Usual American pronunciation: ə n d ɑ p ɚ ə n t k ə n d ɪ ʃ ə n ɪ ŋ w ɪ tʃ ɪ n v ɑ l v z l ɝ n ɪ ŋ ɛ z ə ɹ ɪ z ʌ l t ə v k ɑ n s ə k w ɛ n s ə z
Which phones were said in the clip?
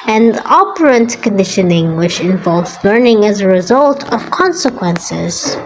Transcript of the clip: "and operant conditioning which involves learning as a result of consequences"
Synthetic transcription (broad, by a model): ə n ɑ p ɚ ə n t k ə n d ɪ ʃ ə n ɪ ŋ w ɪ tʃ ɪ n v ɑ l v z l ɝ n ɪ ŋ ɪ z ə ɹ ɪ z ʌ l t ə v k ɑ n s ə k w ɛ n s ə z